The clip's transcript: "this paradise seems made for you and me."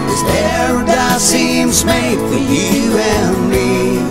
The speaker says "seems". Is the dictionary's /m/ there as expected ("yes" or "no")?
yes